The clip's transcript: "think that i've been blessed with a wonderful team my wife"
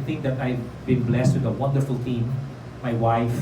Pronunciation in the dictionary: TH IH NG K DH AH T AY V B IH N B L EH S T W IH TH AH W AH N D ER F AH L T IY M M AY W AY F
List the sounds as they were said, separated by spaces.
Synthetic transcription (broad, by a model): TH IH NG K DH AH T AY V B IH N B L EH S T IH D AH W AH N D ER F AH L T IY M M AY W AY F